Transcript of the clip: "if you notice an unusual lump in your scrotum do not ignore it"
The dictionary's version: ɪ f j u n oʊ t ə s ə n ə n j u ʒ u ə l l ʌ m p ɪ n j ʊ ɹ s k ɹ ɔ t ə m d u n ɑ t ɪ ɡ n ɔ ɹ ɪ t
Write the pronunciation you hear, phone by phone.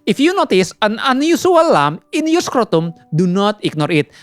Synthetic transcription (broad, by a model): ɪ f j u n oʊ t ə s ə n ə n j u s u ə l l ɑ m ɪ n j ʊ s k ɹ ɔ t ə m d u n ɑ t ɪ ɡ n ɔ ɹ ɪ t